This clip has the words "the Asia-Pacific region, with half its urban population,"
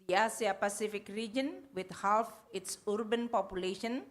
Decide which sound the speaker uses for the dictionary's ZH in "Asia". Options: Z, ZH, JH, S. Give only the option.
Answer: S